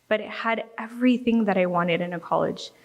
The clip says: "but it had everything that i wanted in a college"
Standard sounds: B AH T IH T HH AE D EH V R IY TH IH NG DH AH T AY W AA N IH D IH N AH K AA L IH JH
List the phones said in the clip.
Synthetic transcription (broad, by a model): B AH T IH T HH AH D EH V R IY TH IH NG DH AH T AY W AA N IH D IH N AH K AA L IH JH